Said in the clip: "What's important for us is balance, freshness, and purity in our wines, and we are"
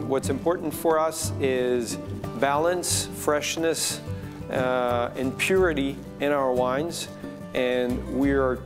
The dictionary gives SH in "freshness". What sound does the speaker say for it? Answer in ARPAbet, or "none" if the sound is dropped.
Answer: SH